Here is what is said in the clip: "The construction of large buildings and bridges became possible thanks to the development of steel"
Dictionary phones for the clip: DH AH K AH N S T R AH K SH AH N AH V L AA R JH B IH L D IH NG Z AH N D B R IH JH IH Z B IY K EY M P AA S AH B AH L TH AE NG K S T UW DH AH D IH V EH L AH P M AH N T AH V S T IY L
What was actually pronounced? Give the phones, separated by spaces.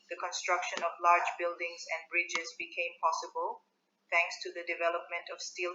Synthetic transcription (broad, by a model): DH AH K AH N S T R AH K SH AH N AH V L AA R JH B IH L D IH NG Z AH N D B R IH JH IH Z B IY K EY M P AA S AH B AH L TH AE NG K S T UW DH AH D IH V EH L AH P M AH N T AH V S T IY L